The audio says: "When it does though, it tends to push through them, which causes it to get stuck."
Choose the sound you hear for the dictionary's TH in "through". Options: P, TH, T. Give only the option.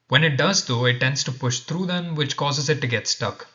T